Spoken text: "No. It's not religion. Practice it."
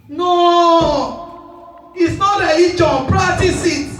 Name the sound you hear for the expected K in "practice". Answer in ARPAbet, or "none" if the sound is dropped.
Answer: none